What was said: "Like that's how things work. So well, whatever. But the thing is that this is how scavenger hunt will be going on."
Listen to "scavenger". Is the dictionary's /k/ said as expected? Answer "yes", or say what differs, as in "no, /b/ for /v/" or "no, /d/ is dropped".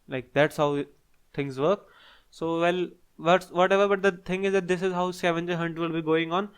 no, /k/ is dropped